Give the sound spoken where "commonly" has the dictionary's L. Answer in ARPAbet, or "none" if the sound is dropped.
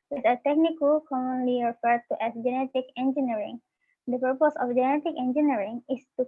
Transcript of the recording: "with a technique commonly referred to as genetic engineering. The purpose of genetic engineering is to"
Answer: L